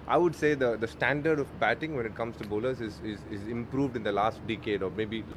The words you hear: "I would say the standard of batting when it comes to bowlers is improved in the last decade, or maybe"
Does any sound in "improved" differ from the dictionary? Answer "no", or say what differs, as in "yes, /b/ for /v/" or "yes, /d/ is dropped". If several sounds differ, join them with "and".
no